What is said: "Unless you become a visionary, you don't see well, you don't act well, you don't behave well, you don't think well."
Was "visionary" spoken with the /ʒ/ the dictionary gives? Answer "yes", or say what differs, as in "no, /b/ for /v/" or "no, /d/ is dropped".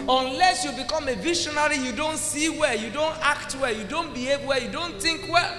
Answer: no, /ʃ/ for /ʒ/